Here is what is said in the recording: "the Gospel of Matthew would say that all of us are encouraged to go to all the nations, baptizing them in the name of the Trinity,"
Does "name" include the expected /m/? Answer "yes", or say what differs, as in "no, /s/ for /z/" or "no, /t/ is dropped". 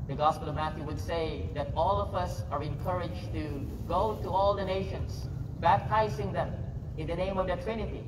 yes